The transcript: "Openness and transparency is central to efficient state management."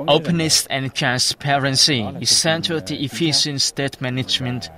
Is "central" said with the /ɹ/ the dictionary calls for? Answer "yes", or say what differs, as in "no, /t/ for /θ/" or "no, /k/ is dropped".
no, /ɹ/ is dropped